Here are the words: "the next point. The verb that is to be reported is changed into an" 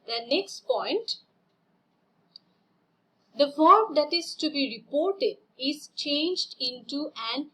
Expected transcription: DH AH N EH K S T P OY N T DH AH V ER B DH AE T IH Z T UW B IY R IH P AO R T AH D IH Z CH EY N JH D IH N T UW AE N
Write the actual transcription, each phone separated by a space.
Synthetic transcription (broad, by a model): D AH N EH K S T P OY N T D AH F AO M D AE T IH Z T UW B IY R IH P AO R T AH D IH Z CH EY N JH D IH N T UW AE N